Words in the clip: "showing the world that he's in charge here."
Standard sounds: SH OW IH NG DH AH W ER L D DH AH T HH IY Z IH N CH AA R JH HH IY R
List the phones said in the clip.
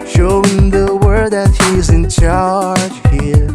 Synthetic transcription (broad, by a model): SH OW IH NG DH AH W ER D DH AH T HH IY Z IH N CH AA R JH HH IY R